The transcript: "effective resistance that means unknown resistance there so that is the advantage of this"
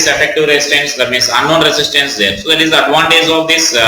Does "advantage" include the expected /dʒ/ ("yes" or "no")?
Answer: no